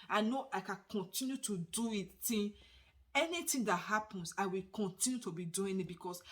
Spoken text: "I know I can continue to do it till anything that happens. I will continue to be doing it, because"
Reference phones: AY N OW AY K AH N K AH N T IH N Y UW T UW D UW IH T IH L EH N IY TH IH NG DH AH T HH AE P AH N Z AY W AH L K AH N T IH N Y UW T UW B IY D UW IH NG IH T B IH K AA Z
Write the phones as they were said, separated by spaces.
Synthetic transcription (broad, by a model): AY N OW AY K AH N K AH N T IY N Y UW T UW D UW IH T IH N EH N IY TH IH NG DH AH T HH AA P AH N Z AY W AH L K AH N T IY N Y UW T UW B IY D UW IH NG IH T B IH K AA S